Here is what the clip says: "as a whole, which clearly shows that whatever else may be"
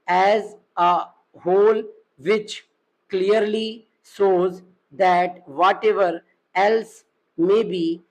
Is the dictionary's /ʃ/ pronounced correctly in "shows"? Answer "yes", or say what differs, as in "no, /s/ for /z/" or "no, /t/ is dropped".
no, /s/ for /ʃ/